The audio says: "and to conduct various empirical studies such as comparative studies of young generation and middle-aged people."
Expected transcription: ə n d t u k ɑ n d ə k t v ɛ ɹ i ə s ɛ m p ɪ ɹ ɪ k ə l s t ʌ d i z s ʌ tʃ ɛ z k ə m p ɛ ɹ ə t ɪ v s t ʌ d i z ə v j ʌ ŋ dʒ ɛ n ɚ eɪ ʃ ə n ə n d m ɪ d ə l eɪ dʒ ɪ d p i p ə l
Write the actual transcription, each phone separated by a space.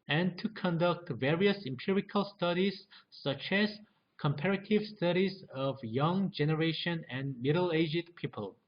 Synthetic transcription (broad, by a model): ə n t u k ɑ n d ə k t v ɛ ɹ i ə s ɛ m p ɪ ɹ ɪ k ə l s t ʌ d i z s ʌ tʃ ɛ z k ə m p ɛ ɹ ə t ɪ v s t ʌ d i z ə v j ʌ ŋ dʒ ɛ n ɚ eɪ ʃ ə n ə n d m ɪ d ə l eɪ dʒ ɪ d p i p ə l